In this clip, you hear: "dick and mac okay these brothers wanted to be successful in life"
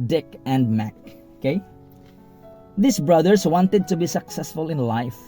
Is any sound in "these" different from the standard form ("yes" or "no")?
yes